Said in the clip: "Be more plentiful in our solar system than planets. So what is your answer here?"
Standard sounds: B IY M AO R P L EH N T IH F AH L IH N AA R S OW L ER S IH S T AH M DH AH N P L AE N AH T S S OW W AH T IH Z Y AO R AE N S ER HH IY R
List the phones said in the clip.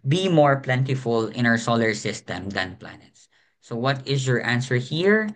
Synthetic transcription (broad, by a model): B IY M AO R P L EH N T IH F AH L IH N AA R S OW L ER S IH S T AH M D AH N P L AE N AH T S S OW W AH T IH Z Y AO R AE N S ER HH IY R